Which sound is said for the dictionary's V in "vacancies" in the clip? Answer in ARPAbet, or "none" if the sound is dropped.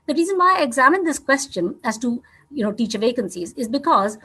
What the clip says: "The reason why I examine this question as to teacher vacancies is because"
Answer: V